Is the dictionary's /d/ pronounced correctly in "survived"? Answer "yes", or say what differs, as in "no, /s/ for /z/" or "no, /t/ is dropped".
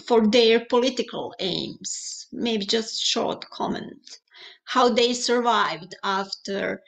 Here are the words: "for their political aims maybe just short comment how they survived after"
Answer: yes